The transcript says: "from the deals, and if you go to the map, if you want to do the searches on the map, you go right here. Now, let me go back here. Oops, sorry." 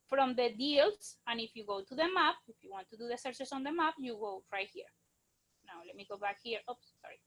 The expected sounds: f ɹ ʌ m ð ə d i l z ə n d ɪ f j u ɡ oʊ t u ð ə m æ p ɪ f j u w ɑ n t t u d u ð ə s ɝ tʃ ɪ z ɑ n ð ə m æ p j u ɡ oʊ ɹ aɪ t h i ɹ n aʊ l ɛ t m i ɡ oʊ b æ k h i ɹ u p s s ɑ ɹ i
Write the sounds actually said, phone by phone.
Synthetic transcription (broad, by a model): f ɹ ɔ m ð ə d i l s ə n ɪ f j u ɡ oʊ t u ð ə m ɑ p ɪ f j u w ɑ n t t u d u ð ə s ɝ s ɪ s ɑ n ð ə m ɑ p j u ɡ oʊ ɹ aɪ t h i ɹ n aʊ l ɛ t m i ɡ oʊ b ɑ k h i ɹ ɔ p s s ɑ ɹ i